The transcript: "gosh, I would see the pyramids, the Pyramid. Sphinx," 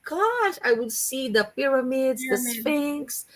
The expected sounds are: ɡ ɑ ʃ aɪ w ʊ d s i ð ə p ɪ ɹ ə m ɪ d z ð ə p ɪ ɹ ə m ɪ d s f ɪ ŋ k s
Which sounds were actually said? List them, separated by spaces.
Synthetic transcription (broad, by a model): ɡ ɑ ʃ aɪ w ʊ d s i ð ə p ɪ ɹ ə m ɪ d z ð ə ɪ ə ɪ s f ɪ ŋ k s